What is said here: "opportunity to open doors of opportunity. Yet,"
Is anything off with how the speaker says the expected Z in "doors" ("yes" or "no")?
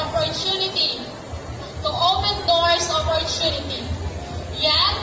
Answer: yes